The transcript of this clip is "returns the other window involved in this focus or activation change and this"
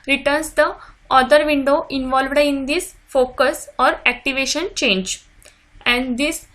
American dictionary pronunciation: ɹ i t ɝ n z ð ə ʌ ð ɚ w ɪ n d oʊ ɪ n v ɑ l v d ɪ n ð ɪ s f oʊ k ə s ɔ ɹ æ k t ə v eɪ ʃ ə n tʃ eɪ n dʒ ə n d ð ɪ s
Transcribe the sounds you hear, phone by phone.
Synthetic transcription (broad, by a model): ɹ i t ɝ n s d ə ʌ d ɚ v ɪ n d oʊ ɪ n v ɑ l v d ɪ n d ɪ s f oʊ k ə s ɔ ɹ æ k t ə v eɪ ʃ ə n tʃ eɪ n dʒ ə n d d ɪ s